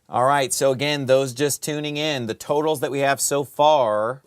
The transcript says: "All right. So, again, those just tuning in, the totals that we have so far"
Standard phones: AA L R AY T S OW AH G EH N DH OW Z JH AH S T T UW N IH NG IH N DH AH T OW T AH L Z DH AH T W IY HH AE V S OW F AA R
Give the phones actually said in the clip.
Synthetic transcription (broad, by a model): AA L R AY T S OW AH G EH N DH OW Z JH AH S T T UW N IH NG IH N DH AH T OW T L Z DH AH T W IY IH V S OW F AA R